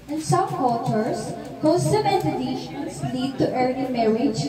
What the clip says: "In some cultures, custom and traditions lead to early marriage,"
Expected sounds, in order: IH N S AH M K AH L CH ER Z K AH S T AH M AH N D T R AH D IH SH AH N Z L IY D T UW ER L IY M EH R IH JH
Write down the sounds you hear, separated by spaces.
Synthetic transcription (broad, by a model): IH N S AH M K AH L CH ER S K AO S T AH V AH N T AH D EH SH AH N S L IY D T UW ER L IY M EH R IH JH